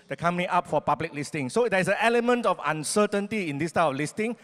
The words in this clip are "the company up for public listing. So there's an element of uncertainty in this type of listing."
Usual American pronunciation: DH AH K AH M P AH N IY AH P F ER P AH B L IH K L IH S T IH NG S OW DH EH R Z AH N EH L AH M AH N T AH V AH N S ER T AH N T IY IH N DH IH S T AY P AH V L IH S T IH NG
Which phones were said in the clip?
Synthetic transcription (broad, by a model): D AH K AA M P AH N IY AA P F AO P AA B L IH K L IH S T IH NG S OW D EH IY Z AH N EH L AH M AH N T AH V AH N S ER T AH N T IY IH N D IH S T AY AH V L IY S T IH NG